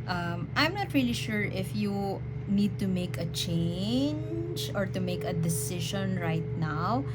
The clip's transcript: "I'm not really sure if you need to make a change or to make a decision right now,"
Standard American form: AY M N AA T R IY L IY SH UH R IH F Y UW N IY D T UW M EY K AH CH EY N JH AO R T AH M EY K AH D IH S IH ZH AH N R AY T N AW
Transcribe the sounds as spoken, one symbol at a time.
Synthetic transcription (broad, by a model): AY M N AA T R IY L IY SH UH R IH F Y UW N IY D T UW M EY K AH CH EY N JH AO R T AH M EY K AH D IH S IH SH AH N R AY T N AW